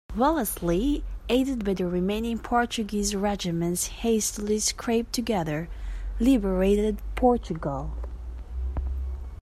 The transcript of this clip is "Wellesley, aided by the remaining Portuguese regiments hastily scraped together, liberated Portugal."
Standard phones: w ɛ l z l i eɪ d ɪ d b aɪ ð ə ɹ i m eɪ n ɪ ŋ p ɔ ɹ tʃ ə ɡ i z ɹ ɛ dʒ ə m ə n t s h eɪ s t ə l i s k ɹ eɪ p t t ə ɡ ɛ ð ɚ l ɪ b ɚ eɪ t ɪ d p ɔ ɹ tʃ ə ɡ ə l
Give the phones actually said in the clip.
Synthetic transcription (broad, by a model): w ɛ l s l i eɪ d ɪ d b aɪ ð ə ɹ i m eɪ n ɪ ŋ p ɔ ɹ tʃ ə ɡ i z ɹ ɛ dʒ ə m ə n t s h eɪ s t ə l i s k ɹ eɪ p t t ə ɡ ɛ ð ɚ l ɪ b ɚ eɪ t ɪ d p ɔ ɹ tʃ ə ɡ ə l